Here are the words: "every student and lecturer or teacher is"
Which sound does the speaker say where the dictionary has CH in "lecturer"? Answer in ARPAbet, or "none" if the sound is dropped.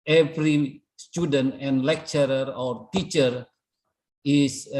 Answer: CH